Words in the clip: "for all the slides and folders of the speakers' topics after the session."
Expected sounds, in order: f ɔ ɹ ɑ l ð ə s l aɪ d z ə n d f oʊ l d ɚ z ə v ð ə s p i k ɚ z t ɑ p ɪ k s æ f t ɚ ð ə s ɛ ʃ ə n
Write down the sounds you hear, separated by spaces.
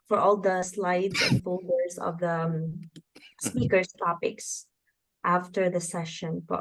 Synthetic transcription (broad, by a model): f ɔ ɹ ɑ l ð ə s l aɪ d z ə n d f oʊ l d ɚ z ə v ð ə s p i k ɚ s t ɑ p ɪ k s æ f t ɚ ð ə s ɛ ʃ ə n